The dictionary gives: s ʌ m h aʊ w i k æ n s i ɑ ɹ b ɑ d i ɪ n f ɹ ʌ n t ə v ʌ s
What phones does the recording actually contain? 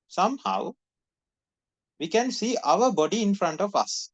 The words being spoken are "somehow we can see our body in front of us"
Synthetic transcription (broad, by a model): s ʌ m h aʊ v i k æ n s i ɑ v b ɑ d i ɪ n f ɹ ʌ n t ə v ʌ s